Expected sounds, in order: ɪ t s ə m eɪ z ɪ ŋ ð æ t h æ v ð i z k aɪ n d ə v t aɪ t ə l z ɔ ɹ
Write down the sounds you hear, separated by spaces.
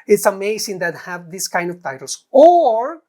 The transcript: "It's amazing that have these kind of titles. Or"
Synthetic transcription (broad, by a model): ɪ t s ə m eɪ s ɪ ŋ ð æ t h æ v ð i s k aɪ n d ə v t aɪ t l s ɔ ɹ